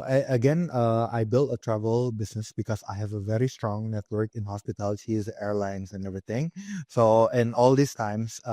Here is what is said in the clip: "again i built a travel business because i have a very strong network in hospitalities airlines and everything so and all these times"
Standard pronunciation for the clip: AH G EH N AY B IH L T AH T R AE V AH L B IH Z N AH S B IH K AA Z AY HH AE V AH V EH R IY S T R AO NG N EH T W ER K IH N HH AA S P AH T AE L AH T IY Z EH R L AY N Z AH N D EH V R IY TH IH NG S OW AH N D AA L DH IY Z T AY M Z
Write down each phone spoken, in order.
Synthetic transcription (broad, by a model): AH G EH N AY B IH L T AH T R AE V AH L B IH S N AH S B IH K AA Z AY HH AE V AH V EH R IY S T R AO NG N EH T W ER K IH N HH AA S P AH T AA L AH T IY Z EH R L AY N S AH N EH V R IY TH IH NG S OW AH N AA L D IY S T AY M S